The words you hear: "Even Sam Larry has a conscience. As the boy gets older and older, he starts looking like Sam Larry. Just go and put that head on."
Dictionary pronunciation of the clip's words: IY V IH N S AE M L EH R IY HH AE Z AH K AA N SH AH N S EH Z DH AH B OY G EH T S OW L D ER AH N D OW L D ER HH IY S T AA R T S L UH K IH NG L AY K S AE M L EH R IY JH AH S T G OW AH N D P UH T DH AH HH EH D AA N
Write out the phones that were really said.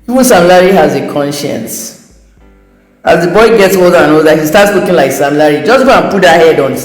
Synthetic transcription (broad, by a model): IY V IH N S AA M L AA R IY HH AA Z AH K AA N SH AH N S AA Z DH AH B OY G EH T S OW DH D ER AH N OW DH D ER HH IY S T AA T S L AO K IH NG L AY K S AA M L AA R IY JH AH S G OW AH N P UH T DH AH HH EH D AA N